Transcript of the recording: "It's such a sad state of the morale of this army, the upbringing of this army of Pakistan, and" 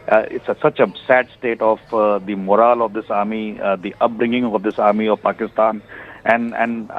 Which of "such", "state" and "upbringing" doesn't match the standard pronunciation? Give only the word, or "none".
none